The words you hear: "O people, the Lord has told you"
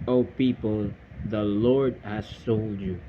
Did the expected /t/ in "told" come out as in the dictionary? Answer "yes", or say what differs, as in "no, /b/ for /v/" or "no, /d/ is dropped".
no, /s/ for /t/